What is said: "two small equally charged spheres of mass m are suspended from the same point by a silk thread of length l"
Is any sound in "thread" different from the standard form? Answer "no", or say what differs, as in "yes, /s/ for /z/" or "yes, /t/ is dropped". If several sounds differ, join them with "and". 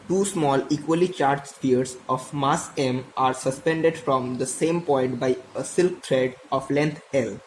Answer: yes, /t/ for /θ/